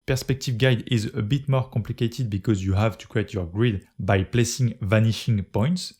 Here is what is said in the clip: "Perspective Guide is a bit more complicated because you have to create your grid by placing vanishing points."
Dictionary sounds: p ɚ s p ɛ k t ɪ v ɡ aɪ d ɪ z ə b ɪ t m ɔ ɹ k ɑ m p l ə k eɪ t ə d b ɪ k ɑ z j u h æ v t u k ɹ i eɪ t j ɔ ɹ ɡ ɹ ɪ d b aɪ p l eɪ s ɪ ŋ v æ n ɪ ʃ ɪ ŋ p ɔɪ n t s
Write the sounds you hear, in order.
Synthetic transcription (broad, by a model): p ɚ s p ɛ k t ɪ v ɡ aɪ d ɪ z ə b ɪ t m ɔ ɹ k ɑ m p l ə k eɪ t ə d b ɪ k ɑ z j u h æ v t u k ɹ i eɪ t j ɔ ɹ ɡ ɹ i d b aɪ p l eɪ s ɪ ŋ v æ n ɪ ʃ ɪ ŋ p ɔɪ n t s